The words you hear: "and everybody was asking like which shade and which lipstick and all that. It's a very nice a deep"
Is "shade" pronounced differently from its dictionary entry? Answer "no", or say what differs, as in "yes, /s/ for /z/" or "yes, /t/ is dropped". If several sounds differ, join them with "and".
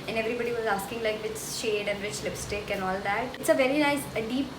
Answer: no